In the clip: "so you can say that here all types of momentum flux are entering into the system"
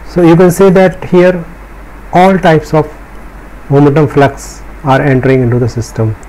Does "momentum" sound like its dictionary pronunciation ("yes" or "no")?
no